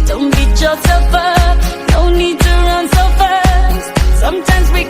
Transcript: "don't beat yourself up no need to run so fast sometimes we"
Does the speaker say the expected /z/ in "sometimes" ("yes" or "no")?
yes